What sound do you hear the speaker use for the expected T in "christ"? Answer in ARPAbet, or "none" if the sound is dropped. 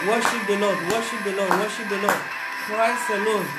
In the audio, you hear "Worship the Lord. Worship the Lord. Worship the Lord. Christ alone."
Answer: none